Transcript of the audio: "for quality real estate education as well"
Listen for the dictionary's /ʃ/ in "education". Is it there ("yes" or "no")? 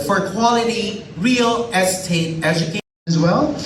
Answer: no